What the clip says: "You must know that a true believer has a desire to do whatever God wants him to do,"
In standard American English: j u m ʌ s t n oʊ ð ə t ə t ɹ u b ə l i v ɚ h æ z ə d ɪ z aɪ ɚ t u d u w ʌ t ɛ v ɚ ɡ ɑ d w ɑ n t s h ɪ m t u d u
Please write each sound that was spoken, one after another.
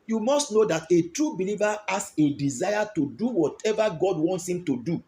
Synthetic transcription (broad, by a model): j u m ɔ s t n oʊ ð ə t ə t ɹ u b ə l i v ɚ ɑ s ə d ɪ z aɪ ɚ t u d u w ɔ t ɛ v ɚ ɡ ɑ d w ɑ n t s h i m t u d u